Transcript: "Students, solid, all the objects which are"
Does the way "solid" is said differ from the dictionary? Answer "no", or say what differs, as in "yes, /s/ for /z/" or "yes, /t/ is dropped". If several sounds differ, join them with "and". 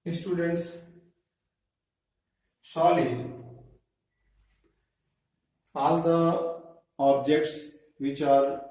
yes, /d/ is dropped